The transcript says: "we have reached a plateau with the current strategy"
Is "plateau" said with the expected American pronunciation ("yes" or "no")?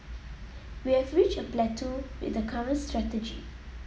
yes